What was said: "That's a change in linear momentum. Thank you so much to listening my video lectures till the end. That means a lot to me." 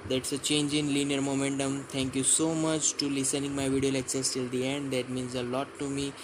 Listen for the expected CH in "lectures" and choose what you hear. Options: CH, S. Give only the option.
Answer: S